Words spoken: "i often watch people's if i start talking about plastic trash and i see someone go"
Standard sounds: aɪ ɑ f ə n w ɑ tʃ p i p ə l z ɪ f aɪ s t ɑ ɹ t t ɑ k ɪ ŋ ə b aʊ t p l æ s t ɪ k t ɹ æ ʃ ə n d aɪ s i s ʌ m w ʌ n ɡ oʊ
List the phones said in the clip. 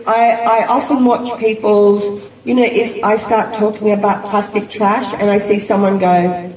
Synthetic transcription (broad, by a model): aɪ ɑ f ə n w ɑ tʃ p i p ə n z ɪ f aɪ s t ɑ ɹ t t ɑ k ɪ ŋ ə b aʊ t p l æ s t ɪ k t ɹ æ ʃ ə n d aɪ s i s ʌ m w ʌ n ɡ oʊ